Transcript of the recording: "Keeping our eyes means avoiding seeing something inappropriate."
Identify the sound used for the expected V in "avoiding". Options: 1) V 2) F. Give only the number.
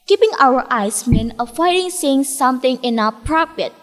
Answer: 2